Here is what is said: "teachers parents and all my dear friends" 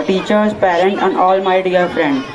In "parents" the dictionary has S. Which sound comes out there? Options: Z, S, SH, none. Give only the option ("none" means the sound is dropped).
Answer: none